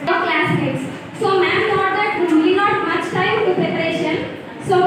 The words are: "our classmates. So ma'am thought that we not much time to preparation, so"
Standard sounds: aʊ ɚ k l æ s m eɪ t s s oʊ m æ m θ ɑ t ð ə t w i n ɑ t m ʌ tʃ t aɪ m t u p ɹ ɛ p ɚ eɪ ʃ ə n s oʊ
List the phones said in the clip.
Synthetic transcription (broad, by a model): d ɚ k l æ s eɪ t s s oʊ m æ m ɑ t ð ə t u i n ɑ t m ʌ tʃ t aɪ m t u p ɹ ɛ p ɚ eɪ ʃ ə n s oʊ